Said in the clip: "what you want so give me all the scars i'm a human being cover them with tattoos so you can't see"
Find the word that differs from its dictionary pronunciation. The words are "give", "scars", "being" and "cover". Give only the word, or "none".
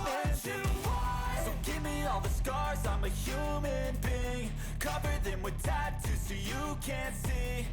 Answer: none